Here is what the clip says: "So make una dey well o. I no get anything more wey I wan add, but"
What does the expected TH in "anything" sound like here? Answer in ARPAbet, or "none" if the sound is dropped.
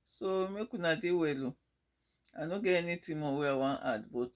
T